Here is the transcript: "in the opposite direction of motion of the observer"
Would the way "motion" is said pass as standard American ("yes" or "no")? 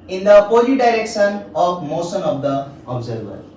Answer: no